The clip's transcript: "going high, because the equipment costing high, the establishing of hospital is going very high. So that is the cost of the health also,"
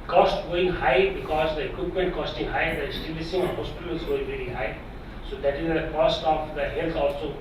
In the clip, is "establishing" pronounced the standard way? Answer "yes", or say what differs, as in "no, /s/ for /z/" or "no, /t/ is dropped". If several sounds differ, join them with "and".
no, /s/ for /ʃ/